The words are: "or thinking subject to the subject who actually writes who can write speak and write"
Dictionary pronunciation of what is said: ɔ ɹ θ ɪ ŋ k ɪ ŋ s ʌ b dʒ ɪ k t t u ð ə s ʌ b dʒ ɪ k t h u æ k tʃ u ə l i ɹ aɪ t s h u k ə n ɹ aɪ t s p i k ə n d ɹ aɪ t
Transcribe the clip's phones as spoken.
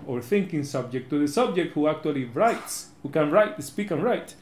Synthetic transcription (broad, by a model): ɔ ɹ θ ɪ ŋ k ɪ ŋ s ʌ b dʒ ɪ k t t u ð ə s ʌ b dʒ ɪ k t h u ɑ k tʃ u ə l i ɹ aɪ t s h u k ə n ɹ aɪ t s p i k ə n ɹ aɪ t